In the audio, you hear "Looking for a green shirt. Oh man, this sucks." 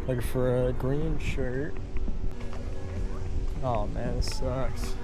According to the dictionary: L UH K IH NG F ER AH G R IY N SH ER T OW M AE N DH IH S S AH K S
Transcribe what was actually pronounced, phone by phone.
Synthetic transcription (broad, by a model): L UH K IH F ER AH G R IY N SH ER T OW M AE N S S AH K S